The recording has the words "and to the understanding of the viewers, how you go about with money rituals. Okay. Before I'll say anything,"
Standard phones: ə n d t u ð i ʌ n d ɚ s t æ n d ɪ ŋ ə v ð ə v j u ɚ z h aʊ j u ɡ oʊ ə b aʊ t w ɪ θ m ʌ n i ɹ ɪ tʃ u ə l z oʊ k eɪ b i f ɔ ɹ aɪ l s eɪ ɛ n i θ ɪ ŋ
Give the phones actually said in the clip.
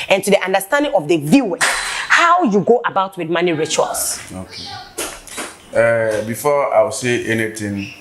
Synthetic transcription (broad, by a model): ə n t u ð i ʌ n d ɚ s t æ n d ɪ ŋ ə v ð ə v j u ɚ h aʊ j u ɡ oʊ ə b aʊ t w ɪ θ m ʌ n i ɹ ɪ tʃ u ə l s oʊ k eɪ b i f ɔ aɪ w s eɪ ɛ n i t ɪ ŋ